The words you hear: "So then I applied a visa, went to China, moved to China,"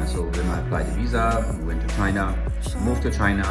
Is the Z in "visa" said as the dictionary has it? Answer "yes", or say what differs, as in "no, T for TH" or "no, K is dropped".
yes